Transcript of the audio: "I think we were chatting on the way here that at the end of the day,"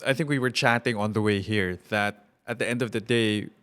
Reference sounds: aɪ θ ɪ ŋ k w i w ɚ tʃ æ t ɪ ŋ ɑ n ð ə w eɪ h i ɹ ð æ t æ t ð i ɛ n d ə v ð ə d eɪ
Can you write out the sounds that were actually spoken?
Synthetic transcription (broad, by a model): aɪ θ ɪ ŋ k w i w ɚ tʃ æ t ɪ ŋ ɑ n ð ə w eɪ h i ɹ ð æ t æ t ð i ɛ n d ə v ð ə d eɪ